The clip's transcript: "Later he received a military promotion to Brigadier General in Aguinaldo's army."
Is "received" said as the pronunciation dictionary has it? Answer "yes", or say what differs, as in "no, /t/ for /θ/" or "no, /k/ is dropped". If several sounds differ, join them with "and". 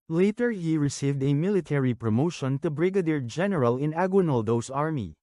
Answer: yes